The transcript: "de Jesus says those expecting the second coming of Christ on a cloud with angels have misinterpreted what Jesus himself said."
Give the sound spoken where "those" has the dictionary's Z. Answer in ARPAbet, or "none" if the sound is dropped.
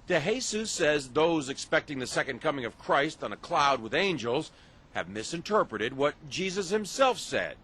Z